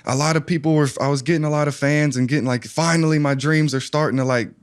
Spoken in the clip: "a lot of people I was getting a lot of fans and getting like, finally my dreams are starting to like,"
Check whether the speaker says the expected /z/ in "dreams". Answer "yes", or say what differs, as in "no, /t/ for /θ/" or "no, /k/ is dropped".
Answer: yes